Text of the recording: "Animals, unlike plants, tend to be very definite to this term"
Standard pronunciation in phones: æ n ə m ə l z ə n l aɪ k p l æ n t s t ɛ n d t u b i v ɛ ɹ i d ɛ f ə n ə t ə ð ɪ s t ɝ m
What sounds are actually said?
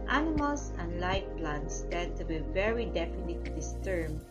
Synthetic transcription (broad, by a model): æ n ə m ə l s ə n l aɪ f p l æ n t s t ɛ d t u b i v ɛ ɹ i d ɛ f ə n ə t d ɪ s t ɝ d